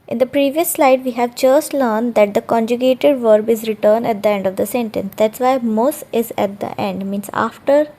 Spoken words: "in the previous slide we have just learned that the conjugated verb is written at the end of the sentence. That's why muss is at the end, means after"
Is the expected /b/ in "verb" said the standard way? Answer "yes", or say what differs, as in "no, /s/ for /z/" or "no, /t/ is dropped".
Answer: yes